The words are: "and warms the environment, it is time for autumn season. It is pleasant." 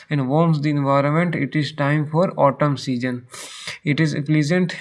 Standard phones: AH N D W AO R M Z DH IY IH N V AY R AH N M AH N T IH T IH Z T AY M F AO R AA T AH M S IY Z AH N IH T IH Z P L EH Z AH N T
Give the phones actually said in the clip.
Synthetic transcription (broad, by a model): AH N D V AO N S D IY IH N V AY R AH N M AH N T IH T IH Z T AY M F AO R AA T AH M S IY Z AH N IH T IH Z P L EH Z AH N T